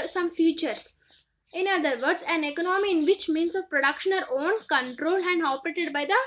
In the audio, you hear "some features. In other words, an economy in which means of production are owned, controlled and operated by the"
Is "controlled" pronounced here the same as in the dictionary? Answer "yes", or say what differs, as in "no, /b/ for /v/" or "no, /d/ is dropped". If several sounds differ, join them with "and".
yes